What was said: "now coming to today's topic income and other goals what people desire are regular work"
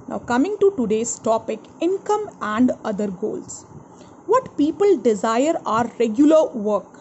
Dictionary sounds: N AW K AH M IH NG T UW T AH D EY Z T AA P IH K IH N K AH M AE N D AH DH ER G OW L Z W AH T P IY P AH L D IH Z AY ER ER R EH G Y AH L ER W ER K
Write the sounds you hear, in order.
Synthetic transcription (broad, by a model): N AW K AH M IH NG T UW T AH D EY S T AA P IH K IH N K AH M AE N D AH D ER G OW L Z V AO T P IY P AH L D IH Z AY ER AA R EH G Y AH L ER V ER K